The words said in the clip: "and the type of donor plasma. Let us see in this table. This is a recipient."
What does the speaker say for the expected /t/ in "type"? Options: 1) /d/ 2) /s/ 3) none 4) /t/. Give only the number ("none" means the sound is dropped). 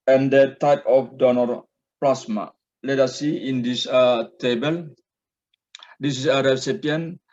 4